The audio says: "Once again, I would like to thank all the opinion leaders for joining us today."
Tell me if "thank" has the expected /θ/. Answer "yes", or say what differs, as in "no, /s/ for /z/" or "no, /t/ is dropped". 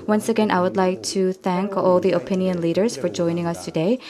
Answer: yes